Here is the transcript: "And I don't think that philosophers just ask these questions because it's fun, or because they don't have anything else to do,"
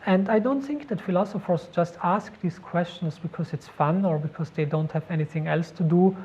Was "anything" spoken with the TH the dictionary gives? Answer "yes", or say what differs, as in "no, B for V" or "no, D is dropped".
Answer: yes